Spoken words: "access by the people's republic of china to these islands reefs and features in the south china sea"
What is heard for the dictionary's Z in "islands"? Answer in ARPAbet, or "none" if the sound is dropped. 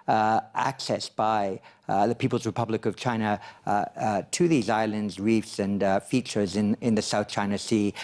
Z